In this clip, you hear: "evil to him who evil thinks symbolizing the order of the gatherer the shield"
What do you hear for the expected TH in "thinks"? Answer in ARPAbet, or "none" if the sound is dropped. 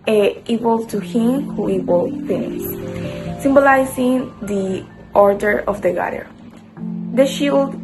F